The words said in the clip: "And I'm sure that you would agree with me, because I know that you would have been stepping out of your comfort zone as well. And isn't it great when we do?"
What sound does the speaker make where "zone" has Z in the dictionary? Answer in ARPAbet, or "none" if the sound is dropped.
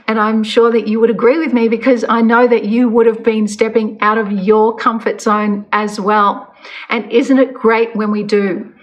S